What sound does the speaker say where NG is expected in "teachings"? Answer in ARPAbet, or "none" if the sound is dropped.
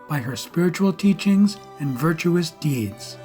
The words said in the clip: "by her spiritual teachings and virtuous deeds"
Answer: NG